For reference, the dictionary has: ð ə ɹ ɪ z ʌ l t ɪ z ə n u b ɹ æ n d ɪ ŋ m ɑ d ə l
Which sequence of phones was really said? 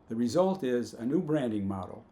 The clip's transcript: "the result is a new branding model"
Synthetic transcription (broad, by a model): ð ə ɹ ɪ z ʌ l t ɪ z ə n u b ɹ æ n d ɪ ŋ m ɑ d l